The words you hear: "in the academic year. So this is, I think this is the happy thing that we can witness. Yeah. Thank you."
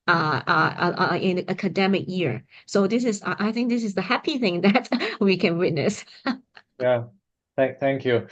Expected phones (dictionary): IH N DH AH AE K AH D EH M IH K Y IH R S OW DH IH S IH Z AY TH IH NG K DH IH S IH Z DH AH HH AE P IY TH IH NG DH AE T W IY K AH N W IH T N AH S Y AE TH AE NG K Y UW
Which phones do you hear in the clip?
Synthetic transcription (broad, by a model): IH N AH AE K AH D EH M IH K Y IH R S OW DH IH S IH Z AY TH IH NG K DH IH S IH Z DH AH HH AE P IY TH IH NG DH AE T W IY K AH N W IH T N AH S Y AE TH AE NG K Y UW